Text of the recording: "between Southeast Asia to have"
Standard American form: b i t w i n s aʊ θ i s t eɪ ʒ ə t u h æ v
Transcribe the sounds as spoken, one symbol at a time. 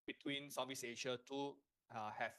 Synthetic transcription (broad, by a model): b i t w i n s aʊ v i s eɪ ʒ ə t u h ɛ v